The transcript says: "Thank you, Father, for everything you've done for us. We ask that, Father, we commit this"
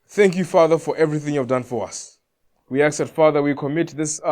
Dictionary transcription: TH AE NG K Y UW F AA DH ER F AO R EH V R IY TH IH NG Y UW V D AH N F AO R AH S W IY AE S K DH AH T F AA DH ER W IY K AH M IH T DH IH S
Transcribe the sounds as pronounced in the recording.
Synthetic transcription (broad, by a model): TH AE NG K Y UW F AA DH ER F AO R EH V R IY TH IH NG Y UW V D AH N F AO R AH S W IY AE K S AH T F AA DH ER W IY K AH M IH T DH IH S